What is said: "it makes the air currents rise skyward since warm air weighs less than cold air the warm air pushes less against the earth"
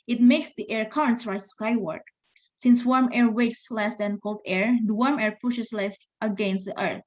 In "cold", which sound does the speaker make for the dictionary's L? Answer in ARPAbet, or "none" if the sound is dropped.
L